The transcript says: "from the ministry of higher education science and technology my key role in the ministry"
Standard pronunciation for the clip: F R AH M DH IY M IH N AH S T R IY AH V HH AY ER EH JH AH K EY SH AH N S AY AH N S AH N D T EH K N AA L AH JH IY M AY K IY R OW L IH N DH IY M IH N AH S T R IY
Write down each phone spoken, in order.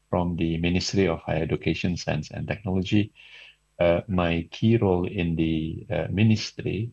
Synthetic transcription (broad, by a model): F R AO M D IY M IH N AH S T R IY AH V HH AY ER EH JH AH K EY SH AH N S AY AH N S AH N T EH K N AA L AH JH IY M AY K IY R OW L IH N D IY M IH N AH S T R IY